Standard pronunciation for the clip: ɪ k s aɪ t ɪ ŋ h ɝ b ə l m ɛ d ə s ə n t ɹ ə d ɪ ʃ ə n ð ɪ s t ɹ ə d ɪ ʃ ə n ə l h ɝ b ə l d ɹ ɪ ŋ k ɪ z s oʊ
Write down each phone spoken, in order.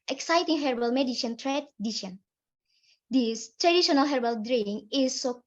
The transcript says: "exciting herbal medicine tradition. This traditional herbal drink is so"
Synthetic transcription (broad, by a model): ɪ k s aɪ t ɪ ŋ h ɝ b ə l m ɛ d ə ʃ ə n t ɹ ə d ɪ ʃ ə n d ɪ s t ɹ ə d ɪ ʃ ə n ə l h ɝ b ə l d ɹ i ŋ ɪ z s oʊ